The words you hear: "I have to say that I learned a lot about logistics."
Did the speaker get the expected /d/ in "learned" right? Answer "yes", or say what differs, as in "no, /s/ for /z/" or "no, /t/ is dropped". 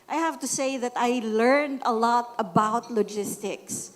yes